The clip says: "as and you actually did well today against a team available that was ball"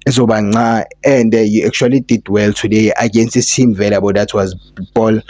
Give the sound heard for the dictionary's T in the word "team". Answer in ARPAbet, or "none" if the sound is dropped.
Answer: S